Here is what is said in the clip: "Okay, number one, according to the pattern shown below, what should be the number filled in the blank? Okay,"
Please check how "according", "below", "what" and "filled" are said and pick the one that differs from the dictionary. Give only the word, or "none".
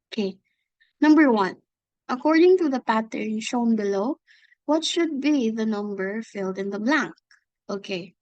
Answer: none